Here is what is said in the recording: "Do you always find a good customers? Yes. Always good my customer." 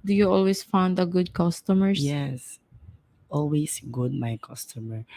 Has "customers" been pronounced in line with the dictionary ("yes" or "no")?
no